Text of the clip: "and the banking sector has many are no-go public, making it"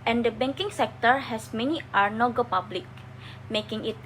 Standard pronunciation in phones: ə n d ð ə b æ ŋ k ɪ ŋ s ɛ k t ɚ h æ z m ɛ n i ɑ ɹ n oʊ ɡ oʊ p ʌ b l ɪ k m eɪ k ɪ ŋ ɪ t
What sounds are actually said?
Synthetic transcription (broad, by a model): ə n d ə b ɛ ŋ k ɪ ŋ s ɛ k t ɚ h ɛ s m ɛ n i ɑ ɹ n oʊ ɡ oʊ p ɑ b l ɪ k m eɪ k ɪ ŋ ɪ t